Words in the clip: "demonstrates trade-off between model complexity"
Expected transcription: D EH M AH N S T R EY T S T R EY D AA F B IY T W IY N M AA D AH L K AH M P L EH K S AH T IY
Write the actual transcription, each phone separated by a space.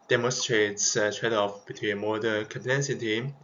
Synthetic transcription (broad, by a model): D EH M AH N S T R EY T S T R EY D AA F B IY T W IY N M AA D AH N K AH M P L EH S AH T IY